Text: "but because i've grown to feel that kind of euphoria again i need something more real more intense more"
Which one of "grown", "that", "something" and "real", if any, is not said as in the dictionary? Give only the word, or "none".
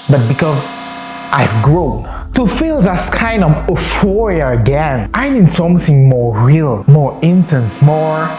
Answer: none